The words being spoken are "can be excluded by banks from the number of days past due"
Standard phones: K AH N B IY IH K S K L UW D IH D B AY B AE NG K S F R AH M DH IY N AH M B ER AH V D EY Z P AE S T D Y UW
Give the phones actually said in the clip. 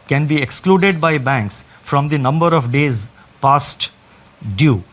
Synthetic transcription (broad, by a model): K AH N B IY IH K S K L UW D IH D B AY B AE NG K S F R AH M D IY N AH M B ER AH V D EY Z P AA S T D Y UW